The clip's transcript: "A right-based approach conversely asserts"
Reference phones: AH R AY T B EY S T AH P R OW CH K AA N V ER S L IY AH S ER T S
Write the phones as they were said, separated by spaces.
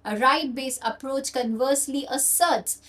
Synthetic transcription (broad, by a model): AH R AY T B EY S AH P R OW CH K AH N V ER S L IY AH S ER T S